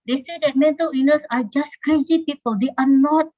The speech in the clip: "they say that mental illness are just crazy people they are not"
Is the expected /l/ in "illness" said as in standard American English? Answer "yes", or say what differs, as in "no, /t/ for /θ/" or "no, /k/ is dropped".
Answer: no, /l/ is dropped